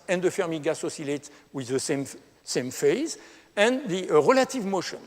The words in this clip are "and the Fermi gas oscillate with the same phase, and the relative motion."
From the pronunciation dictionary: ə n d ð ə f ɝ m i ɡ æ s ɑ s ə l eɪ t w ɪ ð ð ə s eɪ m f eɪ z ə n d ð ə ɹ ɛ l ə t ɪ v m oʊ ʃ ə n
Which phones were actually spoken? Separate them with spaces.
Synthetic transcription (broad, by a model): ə n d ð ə f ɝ m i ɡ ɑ s ɑ s ə l eɪ t w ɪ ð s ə s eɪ m f eɪ z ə n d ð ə ɹ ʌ l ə t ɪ v m oʊ ʃ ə n